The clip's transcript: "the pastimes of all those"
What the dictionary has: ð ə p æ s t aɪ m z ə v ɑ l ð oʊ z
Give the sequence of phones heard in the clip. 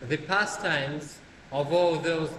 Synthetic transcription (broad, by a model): ð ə p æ s t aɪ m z ə v ɑ l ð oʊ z